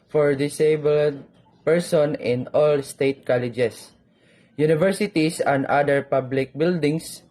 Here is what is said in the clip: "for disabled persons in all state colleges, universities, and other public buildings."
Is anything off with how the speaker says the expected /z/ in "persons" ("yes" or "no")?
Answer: yes